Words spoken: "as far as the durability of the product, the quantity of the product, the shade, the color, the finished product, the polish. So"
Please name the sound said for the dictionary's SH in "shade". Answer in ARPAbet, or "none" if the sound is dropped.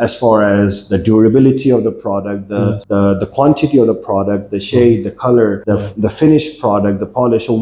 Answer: SH